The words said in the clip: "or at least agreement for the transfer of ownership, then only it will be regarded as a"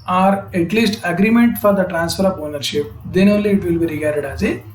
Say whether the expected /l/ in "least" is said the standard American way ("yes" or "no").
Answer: yes